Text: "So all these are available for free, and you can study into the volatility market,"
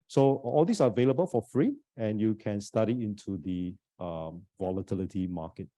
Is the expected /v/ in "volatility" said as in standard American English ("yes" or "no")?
yes